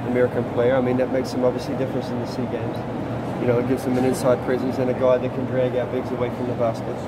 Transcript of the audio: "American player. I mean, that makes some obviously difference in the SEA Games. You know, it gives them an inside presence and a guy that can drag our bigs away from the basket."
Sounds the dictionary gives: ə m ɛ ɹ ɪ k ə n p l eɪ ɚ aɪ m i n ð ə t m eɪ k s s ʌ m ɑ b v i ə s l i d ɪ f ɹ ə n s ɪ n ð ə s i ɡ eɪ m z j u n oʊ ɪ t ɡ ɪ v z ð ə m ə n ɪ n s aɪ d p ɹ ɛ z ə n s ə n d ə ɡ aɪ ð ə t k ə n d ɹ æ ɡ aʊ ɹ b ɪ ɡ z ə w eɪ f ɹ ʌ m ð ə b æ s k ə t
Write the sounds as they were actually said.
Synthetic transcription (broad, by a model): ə m ɛ ɹ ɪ k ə n p l eɪ ɚ aɪ m i n ð ə t m eɪ k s s ʌ m ɑ b v i ə s l i d ɪ f ɹ ə n s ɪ n ð ə s i ɡ eɪ m z j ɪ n oʊ ɪ t ɡ ɪ v z ð ə m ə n ɪ n s aɪ d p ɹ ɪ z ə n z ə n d ə ɡ aɪ ð ə t k ə n d ɹ æ ɡ aʊ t b ɪ ɡ z ə w eɪ f ɹ ʌ m ð ə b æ s k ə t